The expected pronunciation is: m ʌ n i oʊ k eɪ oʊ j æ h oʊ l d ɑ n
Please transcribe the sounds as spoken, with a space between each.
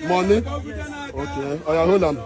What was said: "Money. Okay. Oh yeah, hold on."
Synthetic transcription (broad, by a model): m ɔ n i oʊ k eɪ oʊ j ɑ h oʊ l ɑ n